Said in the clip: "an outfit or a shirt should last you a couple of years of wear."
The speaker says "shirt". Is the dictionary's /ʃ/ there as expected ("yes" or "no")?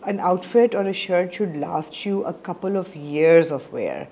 yes